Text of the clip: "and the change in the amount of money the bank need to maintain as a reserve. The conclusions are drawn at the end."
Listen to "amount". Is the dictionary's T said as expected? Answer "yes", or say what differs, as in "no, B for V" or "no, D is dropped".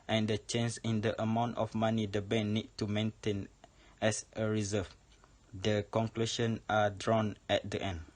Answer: yes